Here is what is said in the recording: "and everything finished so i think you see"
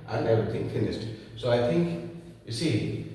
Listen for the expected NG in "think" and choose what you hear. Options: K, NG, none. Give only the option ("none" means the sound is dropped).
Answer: NG